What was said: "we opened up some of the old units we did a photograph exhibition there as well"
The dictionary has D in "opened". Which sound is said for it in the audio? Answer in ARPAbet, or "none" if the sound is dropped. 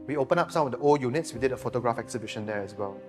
none